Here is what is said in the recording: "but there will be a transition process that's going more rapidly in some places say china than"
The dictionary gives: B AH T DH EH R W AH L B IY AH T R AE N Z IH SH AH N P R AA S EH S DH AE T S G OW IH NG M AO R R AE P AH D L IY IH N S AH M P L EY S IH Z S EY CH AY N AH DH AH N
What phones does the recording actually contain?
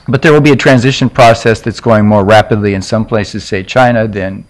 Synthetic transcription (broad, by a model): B AH T DH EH R W AH L B IY AH T R AE N Z IH SH AH N P R AA S EH S DH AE T S G OW IH NG M AO R R AE P AH D L IY IH N S AH M P L EY S IH Z S EY CH AY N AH DH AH N